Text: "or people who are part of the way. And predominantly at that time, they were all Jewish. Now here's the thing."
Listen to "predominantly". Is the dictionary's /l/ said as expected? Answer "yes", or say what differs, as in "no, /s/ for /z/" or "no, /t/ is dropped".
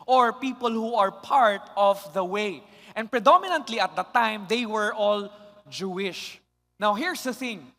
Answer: yes